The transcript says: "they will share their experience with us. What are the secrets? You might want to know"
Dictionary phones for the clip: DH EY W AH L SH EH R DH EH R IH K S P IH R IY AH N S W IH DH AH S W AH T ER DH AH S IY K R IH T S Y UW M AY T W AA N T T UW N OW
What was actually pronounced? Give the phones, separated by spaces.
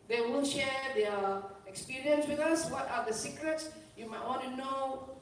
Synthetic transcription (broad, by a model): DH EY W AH N SH EH R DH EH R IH K S P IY R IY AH N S W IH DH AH S W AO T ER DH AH S IY K R IH T S Y UW M AY T W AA N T T UW N OW